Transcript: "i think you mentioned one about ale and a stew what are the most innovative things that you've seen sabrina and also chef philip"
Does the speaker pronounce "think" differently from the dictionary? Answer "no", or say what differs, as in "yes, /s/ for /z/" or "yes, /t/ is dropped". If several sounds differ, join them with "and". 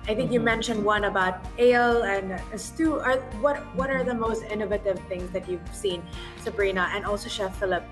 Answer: no